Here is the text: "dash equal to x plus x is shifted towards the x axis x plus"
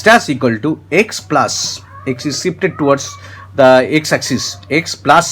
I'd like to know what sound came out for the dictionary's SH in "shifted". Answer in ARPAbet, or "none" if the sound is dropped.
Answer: S